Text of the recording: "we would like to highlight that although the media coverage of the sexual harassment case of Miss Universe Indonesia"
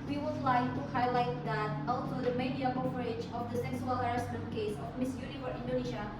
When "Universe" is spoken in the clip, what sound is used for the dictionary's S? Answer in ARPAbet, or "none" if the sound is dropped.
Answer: none